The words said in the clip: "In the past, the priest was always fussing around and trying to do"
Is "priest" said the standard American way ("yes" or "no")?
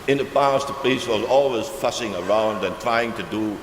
no